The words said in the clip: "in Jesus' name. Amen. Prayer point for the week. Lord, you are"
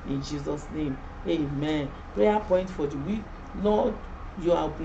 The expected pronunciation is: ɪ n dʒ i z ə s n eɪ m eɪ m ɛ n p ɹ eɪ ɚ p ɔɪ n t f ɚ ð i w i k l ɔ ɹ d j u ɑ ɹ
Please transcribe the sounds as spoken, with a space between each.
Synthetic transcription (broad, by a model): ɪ n dʒ i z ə s n eɪ m eɪ m ɛ n p ɹ eɪ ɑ p ɔɪ n t f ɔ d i w i k n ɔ j u ɑ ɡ